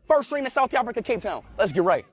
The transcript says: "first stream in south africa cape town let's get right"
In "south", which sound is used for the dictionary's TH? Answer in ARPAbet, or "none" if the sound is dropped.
TH